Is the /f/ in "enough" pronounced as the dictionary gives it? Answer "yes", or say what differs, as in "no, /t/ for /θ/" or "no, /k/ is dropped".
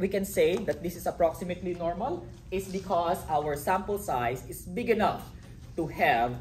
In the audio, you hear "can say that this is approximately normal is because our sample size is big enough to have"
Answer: yes